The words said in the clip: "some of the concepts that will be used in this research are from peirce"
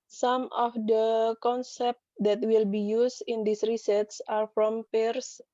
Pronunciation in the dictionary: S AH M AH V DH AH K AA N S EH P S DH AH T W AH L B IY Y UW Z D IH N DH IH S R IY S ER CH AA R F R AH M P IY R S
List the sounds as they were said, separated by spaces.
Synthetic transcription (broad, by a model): S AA M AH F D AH K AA N S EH P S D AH T W AH L B IY Y UW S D IH N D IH S R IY S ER S AA R F R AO M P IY R S